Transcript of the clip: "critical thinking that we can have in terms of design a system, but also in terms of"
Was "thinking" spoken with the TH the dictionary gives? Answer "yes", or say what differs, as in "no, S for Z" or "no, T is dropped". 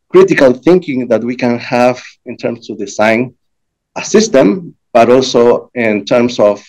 yes